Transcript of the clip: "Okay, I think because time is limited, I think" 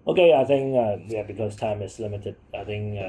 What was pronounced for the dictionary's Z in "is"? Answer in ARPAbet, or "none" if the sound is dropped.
S